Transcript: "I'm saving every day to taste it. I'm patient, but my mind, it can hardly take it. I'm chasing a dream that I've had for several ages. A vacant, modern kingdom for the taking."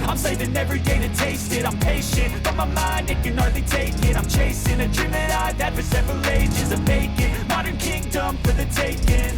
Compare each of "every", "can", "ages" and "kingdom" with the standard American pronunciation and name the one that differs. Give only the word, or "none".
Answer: none